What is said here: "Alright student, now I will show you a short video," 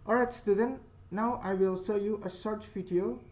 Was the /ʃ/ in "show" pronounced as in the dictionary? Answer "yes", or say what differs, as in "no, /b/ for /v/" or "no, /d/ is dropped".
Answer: no, /s/ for /ʃ/